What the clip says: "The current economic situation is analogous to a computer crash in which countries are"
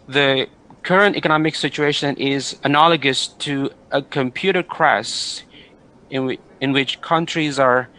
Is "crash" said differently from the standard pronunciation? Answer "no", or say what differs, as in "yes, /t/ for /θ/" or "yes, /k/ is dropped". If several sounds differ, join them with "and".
yes, /s/ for /ʃ/